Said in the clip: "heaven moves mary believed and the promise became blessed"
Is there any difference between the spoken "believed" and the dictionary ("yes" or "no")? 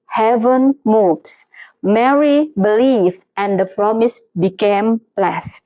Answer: yes